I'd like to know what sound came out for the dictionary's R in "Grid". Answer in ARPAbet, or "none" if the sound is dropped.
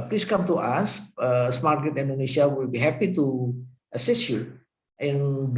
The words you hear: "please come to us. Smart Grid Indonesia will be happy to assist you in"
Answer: none